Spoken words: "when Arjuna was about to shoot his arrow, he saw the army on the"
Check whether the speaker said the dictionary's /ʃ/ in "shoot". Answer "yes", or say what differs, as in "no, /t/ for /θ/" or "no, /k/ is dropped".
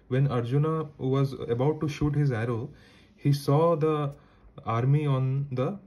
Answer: yes